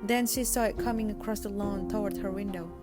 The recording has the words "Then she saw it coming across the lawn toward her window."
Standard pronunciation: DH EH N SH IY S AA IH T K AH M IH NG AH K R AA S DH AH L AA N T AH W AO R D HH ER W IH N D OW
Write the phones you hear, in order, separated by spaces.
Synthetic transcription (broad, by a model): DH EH N SH IY S AA IH T K AH M IH NG AH K R AA S DH AH L AA N T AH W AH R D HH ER W IH N D OW